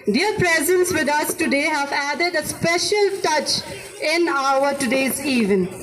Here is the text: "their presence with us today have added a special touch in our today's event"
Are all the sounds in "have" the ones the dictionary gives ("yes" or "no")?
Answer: yes